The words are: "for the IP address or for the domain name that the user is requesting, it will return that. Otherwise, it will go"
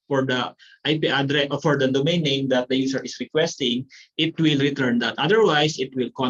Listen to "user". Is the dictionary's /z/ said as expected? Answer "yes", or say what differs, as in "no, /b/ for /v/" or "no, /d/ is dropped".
no, /s/ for /z/